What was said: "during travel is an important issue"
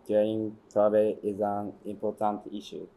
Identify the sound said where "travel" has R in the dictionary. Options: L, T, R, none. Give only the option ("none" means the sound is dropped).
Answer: none